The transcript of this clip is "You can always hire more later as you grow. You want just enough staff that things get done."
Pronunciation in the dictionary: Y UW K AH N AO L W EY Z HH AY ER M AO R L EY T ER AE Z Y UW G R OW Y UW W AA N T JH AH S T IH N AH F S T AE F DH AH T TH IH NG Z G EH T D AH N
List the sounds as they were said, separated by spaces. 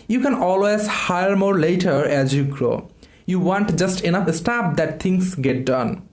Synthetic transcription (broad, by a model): Y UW K AH N AO L W EY Z HH AY ER M AO R L EY T ER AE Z Y UW G R OW Y UW W AA N T JH AH S T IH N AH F S T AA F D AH T T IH NG S G EH T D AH N